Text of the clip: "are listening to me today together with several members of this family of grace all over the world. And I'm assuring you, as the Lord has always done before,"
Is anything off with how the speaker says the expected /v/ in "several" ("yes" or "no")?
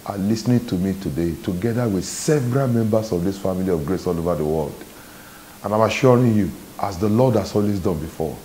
no